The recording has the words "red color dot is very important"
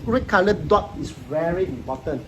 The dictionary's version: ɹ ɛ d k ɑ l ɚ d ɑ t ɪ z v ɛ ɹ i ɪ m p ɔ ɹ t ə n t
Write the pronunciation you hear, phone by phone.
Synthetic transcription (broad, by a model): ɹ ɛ k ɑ l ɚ d ɑ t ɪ s v ɛ ɹ i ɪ m p ɔ t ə n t